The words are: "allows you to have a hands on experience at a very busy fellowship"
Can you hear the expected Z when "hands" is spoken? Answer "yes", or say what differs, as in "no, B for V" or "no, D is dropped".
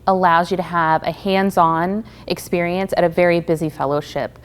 yes